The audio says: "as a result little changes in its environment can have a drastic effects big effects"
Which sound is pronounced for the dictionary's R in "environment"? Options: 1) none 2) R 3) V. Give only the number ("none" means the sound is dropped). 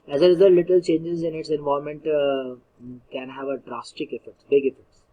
1